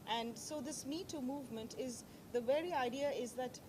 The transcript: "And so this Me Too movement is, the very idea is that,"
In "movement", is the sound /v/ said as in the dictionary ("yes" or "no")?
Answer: yes